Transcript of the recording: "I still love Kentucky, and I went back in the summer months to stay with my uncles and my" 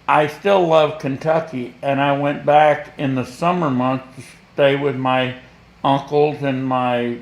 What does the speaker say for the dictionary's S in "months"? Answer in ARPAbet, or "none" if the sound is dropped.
none